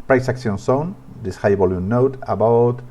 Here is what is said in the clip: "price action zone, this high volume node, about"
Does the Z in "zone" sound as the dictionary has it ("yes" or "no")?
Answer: no